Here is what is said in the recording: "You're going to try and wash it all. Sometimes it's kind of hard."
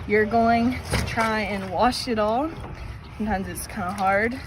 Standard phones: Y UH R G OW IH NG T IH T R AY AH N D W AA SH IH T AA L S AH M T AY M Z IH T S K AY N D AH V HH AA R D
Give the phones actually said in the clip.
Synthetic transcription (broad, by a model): Y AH R G OW IH NG T IH T R AY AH N W AA SH IH T AA L S AH M T AY M Z IH T S K AY N D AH HH AA R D